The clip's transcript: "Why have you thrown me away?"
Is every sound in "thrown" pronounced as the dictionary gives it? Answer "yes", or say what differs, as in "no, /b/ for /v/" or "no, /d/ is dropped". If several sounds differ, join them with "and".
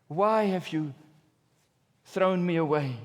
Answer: yes